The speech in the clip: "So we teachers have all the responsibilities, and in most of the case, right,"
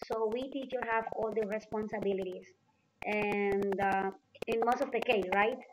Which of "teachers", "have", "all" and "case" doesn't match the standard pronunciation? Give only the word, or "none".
teachers